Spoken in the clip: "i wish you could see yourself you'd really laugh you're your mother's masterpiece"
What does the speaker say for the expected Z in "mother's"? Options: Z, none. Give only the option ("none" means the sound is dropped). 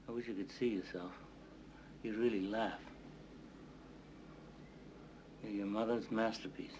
Z